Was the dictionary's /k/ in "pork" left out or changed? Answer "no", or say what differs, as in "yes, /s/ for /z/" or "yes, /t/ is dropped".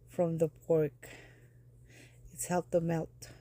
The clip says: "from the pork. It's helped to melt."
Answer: no